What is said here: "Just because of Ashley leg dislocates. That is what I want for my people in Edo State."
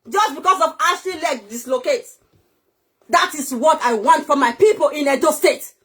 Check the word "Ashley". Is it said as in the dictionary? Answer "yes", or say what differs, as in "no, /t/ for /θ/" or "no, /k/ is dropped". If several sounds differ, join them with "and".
no, /l/ is dropped